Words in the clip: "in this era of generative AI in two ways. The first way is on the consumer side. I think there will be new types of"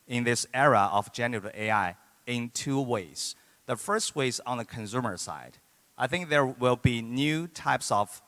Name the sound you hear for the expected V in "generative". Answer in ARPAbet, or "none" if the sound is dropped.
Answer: none